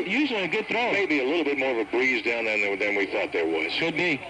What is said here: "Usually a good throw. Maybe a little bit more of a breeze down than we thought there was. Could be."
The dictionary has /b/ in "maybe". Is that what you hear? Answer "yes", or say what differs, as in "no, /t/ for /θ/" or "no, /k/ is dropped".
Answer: yes